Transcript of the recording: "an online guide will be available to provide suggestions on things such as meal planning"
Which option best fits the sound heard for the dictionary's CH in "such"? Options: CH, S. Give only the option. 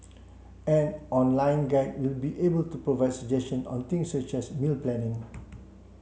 CH